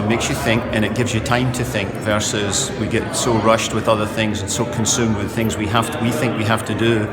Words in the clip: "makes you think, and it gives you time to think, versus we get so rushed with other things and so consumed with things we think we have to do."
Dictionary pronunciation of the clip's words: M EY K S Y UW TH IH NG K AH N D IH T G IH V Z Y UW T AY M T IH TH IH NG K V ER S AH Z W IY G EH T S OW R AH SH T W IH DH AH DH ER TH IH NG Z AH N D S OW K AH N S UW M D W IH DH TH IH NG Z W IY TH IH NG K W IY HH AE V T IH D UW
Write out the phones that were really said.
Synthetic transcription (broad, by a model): M EY K S Y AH TH IH NG K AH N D IH T G IH V Z Y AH T AY M T IH TH IH NG K V ER S AH Z W IY G EH T S OW R AH SH T W IH DH AH DH ER TH IH NG Z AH N S OW K AH N S UW M D W IH DH TH IH NG Z W IY TH IH NG K W IY HH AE F T IH D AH